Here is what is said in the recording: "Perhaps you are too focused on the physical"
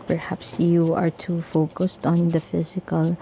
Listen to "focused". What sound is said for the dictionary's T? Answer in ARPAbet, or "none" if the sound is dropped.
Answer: T